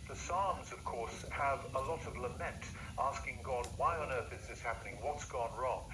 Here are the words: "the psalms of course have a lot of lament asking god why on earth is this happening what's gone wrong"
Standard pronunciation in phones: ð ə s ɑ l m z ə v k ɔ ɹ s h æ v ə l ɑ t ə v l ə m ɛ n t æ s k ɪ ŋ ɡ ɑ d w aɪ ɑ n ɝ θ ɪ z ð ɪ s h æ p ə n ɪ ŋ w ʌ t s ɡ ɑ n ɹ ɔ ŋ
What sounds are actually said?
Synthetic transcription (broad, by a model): ð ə s ɑ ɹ m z ə v k ɔ ɹ s h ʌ v ə l ɑ t ə v l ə m ɛ n t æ s k ɪ ŋ ɡ ɑ d w aɪ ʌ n ɝ θ ɪ z ð ɪ s h æ p ə n ɪ ŋ w ʌ t s ɡ ɑ n ɹ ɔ ŋ